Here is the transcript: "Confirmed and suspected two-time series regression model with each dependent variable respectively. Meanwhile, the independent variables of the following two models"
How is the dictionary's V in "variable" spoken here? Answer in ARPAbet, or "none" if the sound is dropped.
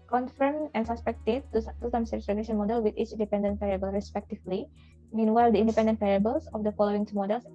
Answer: P